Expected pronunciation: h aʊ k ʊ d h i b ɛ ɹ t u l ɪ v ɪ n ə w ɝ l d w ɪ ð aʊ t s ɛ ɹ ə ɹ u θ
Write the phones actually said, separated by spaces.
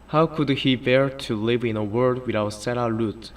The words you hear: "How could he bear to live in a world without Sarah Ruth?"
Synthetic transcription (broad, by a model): h aʊ k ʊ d h i b ɛ ɹ t u l ɪ v ɪ n ə w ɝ d w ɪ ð aʊ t s ɛ ɹ ə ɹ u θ